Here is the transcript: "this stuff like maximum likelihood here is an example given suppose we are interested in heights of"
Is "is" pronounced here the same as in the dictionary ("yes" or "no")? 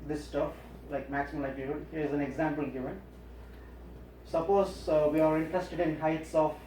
yes